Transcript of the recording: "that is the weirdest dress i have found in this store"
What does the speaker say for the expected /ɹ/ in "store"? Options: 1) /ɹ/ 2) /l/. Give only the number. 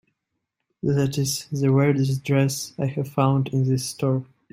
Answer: 1